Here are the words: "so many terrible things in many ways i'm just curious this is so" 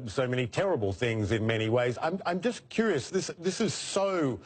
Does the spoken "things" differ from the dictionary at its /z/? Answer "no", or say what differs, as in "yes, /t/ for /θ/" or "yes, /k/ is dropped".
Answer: no